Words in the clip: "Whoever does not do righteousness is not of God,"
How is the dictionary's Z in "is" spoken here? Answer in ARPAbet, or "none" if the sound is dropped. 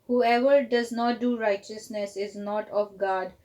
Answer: Z